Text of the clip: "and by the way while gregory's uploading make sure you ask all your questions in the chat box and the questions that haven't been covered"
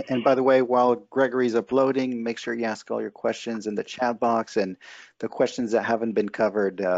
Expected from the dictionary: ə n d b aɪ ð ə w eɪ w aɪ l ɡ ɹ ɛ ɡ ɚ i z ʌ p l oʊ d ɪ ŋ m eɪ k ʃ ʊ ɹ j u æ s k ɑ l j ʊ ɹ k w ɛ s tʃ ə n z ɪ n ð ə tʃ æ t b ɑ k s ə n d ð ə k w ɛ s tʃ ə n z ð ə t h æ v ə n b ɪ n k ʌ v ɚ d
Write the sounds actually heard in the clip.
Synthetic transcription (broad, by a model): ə n b aɪ ð ə w eɪ w aɪ l ɡ ɹ ɛ ɡ ɚ i z ʌ p l oʊ d ɪ ŋ m eɪ k ʃ ʊ ɹ j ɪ æ s k ɑ l j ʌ ɹ k w ɛ s tʃ ə n z ɪ n ð ə tʃ æ t b ɑ k s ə n ð ə k w ɛ s tʃ ə n z ð ə t h æ v ə n b ɪ n k ʌ v ɚ d